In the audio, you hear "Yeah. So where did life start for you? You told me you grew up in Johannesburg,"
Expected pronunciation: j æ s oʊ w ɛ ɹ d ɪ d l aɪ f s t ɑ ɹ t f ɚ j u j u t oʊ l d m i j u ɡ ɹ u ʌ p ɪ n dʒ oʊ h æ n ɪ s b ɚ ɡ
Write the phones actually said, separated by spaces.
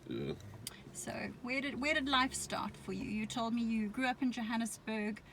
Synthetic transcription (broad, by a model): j s oʊ w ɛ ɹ d ɪ d l aɪ f s t ɑ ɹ t f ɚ j u j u t oʊ l d m i j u ɡ ɹ u ʌ p ɪ n dʒ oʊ h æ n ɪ s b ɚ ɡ